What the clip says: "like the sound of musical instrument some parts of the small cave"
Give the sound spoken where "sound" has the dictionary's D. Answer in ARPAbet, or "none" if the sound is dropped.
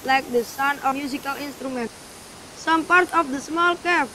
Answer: none